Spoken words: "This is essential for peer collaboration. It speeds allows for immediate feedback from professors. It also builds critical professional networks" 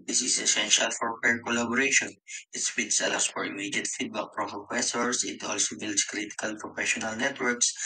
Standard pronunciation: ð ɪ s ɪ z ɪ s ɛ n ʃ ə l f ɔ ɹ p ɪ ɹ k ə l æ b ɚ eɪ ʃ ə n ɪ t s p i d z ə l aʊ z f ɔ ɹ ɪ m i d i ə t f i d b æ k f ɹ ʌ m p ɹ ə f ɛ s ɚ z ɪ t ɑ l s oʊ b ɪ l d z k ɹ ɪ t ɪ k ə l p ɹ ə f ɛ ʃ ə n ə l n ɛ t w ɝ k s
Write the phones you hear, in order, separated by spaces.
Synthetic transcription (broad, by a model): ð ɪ s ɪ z ɪ s ɛ n ʃ ə l f ɔ ɹ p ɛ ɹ k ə l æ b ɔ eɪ ʃ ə n ɪ t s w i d s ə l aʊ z f ɔ ɹ ɪ m i d i ə t f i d b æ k p ɹ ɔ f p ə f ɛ s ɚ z ɪ t ɑ l s oʊ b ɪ l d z k ɹ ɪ t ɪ k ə l p ɹ ə f ɛ ʃ ə n ə l n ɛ t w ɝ k s